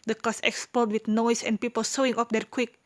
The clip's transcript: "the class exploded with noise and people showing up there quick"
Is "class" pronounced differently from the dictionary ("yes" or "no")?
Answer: yes